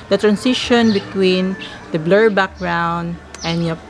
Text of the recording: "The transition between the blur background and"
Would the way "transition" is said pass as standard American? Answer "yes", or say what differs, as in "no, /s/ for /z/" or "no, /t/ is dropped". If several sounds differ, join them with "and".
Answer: no, /s/ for /z/